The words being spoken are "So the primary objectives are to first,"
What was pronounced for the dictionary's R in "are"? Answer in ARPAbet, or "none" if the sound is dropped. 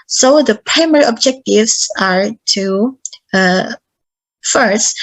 R